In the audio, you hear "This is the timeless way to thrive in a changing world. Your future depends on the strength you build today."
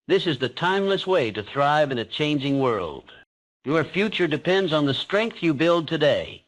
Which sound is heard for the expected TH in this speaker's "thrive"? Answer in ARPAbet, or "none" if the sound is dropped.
TH